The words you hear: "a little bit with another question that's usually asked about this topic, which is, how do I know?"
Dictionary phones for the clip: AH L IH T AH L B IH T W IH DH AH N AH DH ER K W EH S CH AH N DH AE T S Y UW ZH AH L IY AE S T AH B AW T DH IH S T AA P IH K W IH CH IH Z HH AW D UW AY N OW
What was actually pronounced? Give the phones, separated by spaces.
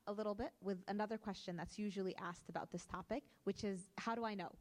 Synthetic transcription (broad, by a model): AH L IH T L B IH T W IH DH AH N AH DH ER K W EH S CH AH N DH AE T S Y UW ZH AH L IY AE S T AH B AW T DH IH S T AA P IH K W IH CH IH Z HH AW D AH AY N OW